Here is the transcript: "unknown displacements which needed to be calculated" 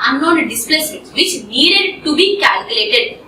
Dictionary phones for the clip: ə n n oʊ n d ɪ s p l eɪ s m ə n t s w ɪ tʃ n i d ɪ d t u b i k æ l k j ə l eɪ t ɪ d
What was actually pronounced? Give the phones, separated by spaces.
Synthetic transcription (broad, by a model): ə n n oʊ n d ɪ s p l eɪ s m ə t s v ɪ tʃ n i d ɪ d t u b i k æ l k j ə l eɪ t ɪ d